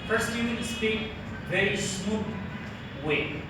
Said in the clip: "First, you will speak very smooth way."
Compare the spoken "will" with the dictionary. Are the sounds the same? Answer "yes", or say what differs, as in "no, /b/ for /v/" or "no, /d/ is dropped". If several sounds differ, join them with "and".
no, /n/ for /l/